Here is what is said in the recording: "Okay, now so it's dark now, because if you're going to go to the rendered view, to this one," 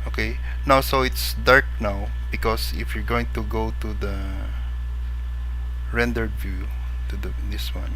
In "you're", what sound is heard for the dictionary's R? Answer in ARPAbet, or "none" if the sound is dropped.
R